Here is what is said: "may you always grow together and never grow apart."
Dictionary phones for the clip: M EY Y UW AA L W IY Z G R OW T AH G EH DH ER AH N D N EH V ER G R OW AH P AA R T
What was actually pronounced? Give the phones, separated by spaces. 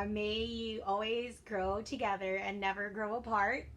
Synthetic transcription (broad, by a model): M EY Y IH AA L W IY Z G R OW T AH G EH DH ER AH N N EH V ER G R OW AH P AA R T